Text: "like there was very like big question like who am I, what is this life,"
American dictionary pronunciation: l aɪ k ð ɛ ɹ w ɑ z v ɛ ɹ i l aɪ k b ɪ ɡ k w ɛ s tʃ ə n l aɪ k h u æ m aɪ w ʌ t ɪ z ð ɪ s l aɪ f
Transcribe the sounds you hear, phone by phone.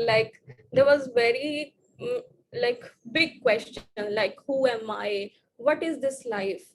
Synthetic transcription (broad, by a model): l aɪ k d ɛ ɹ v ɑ z v ɛ ɹ i l aɪ k b ɪ ɡ k w ɛ s tʃ ə n l aɪ k h u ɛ m aɪ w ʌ t ɪ z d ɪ s l aɪ f